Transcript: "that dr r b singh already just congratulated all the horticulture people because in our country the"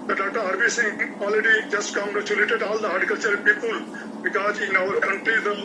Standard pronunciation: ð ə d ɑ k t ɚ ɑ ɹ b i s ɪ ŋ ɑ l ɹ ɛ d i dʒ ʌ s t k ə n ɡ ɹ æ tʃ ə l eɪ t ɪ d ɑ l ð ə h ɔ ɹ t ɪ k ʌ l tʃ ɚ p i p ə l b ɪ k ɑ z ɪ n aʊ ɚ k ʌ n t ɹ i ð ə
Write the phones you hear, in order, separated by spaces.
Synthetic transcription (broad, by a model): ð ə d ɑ t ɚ ɑ ɹ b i s ɪ ŋ ɑ l ɹ ɛ d i dʒ ʌ s t k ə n ɡ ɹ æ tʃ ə l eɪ t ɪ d ɑ l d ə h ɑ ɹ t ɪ k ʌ l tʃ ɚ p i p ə l b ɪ k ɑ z ɪ n aʊ ɚ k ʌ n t i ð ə